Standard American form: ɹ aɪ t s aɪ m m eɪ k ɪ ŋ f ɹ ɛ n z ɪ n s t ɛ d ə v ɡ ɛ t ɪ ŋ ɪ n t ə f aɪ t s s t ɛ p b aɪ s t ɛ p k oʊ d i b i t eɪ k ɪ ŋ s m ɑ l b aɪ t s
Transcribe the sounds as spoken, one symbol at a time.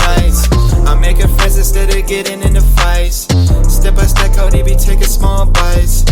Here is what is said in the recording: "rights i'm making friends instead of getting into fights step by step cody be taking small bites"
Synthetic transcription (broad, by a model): aɪ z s aɪ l m eɪ k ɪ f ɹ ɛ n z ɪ s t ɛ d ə ɡ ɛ t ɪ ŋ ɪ n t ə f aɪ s s t ɛ p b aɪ s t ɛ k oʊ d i b i t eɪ k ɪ s m ɑ l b aɪ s